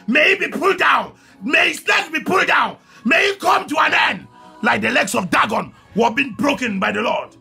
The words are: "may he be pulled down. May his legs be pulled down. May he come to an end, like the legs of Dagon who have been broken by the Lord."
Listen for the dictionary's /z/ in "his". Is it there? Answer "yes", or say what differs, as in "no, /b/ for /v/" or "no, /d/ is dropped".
no, /s/ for /z/